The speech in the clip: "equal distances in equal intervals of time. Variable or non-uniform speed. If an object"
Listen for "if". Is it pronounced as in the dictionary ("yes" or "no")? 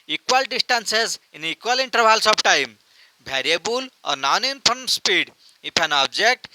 no